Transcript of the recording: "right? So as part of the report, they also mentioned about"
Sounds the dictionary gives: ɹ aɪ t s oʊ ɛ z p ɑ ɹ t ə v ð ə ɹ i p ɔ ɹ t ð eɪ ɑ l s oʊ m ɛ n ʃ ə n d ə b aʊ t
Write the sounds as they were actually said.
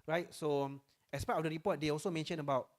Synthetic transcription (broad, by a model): ɹ aɪ t s oʊ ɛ s p ɑ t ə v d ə ɹ i p ɔ t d eɪ ɑ l s oʊ m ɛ n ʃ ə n ə b aʊ t